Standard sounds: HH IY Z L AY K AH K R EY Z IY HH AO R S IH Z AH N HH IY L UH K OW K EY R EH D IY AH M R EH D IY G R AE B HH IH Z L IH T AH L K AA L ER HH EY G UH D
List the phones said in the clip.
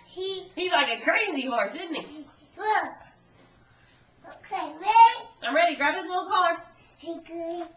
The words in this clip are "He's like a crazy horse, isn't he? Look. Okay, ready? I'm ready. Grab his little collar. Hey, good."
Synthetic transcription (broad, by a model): HH IY Z L AY K AH K R EY Z IY HH AO R S IH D N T IY W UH OW K EY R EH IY AH M R EH D IY G R AE B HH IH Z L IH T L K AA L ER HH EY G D